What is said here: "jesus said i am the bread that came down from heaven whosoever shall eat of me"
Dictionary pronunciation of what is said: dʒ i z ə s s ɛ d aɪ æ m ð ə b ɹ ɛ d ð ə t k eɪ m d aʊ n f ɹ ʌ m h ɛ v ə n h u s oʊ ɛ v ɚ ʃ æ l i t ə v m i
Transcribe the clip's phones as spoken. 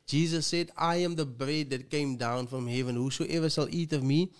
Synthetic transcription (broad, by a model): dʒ i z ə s s ɛ d aɪ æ m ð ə b ɹ ɛ d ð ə t k eɪ m d aʊ n f ɹ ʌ m h ɛ v ə n h u s oʊ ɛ v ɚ s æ l i t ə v m i